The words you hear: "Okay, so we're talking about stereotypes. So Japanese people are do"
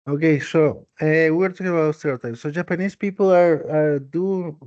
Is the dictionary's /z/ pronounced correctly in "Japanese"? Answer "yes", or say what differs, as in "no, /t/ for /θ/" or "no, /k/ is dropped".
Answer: no, /s/ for /z/